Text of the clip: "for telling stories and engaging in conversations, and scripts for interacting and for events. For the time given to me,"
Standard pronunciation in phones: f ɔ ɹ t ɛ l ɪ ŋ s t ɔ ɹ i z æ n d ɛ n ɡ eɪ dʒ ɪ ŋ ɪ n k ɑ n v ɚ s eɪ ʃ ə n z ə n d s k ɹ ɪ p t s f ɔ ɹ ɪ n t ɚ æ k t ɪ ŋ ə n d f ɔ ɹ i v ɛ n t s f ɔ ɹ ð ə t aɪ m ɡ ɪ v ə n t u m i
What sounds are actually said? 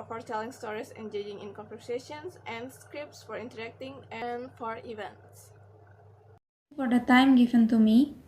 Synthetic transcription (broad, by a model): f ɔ ɹ t ɛ l ɪ ŋ s t ɔ ɹ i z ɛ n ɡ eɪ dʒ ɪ ŋ ɪ n k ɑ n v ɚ s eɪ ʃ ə n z ə n d s k ɹ ɪ p t s f ɔ ɹ ɪ n t ɚ æ k t ɪ ŋ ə n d f ɔ ɹ i v ɛ n t s f ɔ ɹ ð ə t aɪ m ɡ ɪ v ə n t u m i